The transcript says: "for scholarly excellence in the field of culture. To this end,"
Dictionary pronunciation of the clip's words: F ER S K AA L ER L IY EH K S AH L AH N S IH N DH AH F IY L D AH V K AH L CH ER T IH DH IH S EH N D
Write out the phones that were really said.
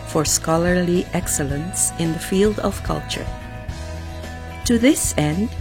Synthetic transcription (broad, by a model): F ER S K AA L ER L IY EH K S AH L AH N S IH N DH AH F IY L D AH V K AH L CH ER T IH DH IH S EH N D